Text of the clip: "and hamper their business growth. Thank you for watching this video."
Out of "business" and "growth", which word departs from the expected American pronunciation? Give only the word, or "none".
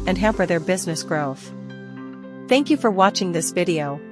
none